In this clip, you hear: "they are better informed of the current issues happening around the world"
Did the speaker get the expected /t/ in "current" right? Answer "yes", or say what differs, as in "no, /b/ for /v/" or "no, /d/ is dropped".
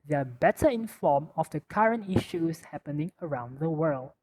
yes